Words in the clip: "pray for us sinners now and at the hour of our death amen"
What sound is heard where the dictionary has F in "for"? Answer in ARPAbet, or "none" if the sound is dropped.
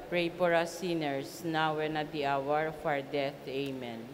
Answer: P